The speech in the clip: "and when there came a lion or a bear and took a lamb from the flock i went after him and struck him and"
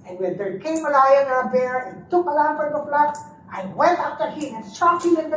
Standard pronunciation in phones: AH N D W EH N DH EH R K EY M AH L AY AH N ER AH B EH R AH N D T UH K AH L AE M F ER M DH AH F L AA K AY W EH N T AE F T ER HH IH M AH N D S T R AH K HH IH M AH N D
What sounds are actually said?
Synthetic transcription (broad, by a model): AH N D W EH N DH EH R K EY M AH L AY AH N AH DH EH R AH T UH K AH L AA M P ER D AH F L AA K AY W EH N T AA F T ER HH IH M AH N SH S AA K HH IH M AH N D